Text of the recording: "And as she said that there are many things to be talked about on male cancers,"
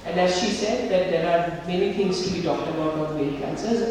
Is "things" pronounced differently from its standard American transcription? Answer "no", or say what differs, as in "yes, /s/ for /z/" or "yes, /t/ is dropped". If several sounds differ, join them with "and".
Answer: yes, /t/ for /θ/